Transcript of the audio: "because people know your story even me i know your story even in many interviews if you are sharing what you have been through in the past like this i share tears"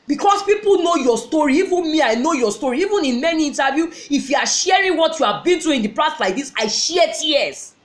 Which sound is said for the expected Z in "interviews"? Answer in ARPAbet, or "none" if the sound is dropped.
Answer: none